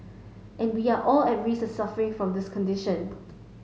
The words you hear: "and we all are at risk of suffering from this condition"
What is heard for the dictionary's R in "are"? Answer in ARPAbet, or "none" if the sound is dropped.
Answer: L